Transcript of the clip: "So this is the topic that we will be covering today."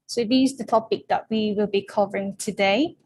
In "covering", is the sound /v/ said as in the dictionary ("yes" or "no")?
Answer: yes